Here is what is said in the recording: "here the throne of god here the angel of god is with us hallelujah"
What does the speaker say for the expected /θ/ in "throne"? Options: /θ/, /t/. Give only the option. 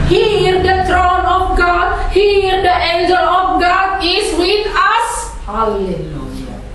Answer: /t/